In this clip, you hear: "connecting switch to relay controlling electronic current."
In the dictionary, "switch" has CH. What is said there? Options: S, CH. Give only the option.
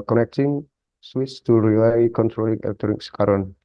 S